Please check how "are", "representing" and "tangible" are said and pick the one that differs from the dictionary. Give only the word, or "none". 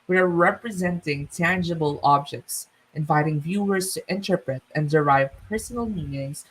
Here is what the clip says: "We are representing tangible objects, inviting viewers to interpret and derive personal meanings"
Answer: none